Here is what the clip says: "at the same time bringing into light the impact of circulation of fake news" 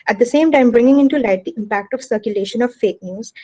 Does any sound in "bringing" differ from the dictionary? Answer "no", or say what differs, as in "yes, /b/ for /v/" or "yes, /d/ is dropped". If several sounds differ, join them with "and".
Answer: no